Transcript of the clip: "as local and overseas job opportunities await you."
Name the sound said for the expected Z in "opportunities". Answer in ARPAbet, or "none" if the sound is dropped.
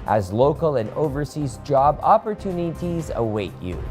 Z